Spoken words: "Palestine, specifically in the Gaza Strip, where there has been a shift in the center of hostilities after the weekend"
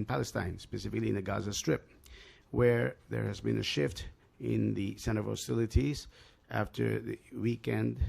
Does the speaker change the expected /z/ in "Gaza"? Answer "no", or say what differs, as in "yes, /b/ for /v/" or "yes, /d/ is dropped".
no